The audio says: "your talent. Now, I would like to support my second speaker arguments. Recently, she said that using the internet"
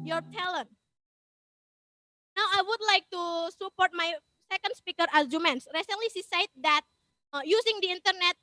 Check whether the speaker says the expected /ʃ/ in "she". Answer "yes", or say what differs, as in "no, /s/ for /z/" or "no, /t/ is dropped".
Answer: no, /s/ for /ʃ/